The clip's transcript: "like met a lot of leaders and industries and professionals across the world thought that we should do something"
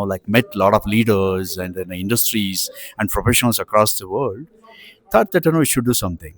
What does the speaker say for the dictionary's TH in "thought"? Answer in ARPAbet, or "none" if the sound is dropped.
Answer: T